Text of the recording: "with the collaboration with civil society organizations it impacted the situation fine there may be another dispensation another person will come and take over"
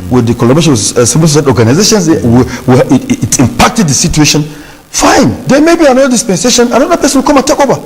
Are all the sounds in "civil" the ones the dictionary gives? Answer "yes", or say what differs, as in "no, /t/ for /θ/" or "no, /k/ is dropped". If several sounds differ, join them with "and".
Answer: no, /p/ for /v/